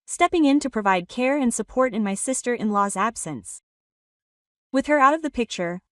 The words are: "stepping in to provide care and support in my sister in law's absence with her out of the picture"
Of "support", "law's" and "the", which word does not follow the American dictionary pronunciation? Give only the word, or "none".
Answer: none